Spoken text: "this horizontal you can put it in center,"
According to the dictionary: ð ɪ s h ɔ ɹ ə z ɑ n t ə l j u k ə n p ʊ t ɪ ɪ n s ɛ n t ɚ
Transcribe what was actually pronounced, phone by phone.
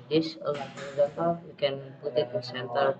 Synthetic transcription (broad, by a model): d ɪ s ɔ l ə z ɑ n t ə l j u k ə n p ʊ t ɪ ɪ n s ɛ n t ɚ